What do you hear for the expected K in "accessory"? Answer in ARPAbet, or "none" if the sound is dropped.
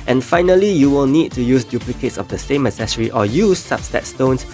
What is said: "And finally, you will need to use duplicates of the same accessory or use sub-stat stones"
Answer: none